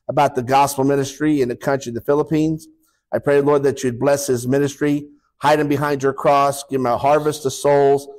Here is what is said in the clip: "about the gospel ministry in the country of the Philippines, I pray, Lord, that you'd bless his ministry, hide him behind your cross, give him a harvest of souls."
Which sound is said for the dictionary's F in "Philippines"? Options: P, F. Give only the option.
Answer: F